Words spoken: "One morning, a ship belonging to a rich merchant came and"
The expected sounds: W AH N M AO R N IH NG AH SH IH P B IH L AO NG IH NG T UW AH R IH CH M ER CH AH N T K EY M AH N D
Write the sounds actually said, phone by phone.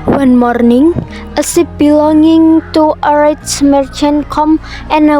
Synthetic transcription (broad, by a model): W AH N M AO R N IH NG AH S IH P B IH L AO NG IH NG T UW AH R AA S M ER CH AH N K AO M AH N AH